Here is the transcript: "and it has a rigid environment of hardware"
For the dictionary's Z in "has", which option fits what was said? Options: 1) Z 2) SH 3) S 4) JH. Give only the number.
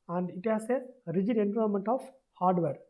3